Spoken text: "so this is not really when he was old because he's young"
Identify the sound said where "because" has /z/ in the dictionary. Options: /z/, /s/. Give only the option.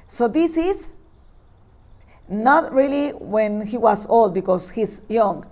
/s/